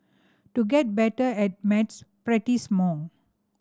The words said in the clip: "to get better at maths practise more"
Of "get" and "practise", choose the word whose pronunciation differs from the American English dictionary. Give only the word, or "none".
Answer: practise